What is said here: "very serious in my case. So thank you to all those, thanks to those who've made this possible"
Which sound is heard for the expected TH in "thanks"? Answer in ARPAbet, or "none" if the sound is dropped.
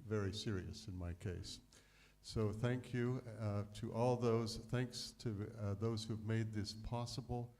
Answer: TH